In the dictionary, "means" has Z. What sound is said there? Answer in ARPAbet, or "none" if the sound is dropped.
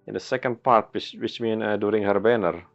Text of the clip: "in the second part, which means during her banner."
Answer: none